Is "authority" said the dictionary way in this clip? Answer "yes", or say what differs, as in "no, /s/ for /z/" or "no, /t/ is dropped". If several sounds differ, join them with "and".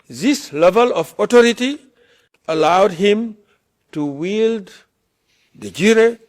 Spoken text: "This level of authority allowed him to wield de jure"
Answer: no, /t/ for /θ/